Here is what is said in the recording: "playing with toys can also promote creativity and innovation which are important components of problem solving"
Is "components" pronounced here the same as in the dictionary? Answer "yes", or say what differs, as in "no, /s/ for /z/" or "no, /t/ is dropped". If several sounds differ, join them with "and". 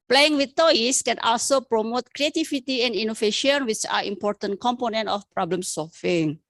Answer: no, /s/ is dropped